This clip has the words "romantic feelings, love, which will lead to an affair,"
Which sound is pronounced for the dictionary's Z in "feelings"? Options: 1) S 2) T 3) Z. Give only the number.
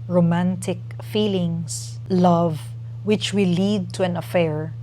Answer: 1